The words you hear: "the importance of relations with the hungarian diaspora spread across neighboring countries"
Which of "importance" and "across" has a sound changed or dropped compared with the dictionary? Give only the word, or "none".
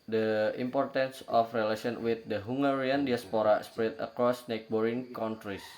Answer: none